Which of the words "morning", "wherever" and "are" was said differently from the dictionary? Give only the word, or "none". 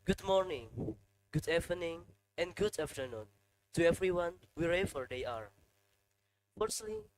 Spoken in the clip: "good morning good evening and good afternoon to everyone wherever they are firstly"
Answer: wherever